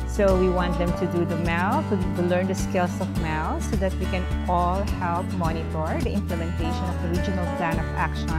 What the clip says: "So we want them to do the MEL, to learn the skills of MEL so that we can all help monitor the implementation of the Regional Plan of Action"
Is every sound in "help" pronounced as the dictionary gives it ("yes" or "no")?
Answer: yes